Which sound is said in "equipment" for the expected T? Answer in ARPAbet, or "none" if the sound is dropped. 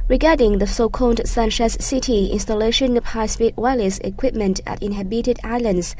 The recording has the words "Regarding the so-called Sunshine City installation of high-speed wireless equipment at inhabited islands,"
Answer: T